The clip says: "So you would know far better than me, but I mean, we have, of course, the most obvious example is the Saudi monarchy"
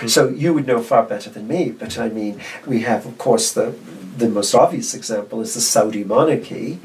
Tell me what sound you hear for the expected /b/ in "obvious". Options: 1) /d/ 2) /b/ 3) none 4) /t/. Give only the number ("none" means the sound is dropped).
2